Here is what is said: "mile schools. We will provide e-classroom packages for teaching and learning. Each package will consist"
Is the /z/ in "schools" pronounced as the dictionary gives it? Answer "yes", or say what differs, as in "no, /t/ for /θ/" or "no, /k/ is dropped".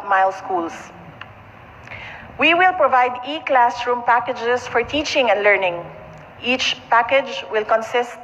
no, /s/ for /z/